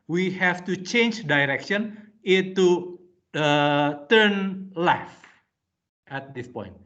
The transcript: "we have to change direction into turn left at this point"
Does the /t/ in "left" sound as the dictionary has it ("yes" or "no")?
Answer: yes